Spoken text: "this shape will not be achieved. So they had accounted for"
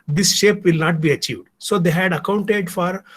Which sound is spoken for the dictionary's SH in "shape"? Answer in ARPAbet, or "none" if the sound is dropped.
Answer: SH